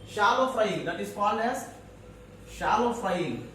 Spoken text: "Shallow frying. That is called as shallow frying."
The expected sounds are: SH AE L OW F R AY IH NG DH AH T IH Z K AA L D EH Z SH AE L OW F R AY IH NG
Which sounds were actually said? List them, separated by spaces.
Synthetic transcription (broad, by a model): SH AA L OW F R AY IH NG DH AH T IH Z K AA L EH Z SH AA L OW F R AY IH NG